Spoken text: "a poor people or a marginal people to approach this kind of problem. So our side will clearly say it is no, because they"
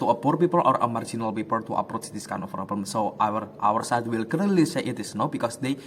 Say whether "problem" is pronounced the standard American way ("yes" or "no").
no